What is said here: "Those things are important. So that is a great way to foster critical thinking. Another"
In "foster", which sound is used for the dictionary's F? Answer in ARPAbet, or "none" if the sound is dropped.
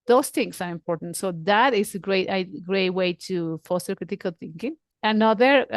F